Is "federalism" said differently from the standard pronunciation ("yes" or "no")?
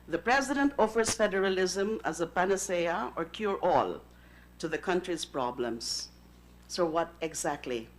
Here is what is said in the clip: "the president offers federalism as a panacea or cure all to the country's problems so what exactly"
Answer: no